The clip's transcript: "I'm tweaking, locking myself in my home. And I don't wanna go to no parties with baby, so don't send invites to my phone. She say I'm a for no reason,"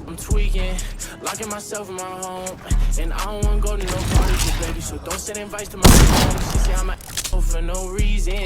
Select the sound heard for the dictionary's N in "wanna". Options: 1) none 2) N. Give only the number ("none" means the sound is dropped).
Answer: 1